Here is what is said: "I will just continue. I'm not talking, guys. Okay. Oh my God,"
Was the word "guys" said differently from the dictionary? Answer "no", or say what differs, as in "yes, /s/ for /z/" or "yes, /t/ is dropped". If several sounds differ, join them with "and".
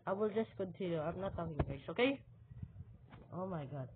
yes, /s/ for /z/